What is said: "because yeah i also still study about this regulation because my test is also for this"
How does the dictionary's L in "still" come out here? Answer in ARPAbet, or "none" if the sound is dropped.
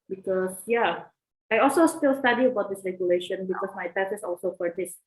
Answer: L